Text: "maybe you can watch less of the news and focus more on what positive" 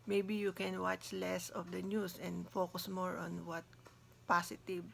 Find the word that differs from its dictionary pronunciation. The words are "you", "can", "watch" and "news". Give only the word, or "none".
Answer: news